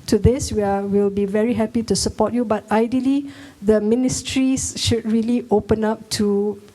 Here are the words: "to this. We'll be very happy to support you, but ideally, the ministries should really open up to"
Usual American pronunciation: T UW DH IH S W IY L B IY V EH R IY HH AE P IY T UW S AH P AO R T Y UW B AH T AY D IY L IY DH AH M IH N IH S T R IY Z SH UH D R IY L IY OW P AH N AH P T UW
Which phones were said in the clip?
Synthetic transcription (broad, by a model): T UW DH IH S W IY L B IY V EH R IY HH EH P IY T UW S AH P AO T Y UW B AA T AY D IY L IY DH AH M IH N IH S T R IY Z SH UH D R IY L IY OW P AH N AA P T UW